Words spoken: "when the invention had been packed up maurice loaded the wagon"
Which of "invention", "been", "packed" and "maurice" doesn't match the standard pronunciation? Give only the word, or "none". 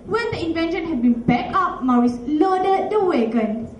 packed